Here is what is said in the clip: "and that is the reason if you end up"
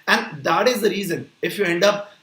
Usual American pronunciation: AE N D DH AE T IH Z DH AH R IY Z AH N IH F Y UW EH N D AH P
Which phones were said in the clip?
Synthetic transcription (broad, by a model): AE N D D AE T IH Z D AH R IY Z AH N IH F Y UW EH N D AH P